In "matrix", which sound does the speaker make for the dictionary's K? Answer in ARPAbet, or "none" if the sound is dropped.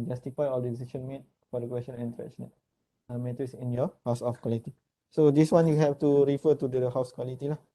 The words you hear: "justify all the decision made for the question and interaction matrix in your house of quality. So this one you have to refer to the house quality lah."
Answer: none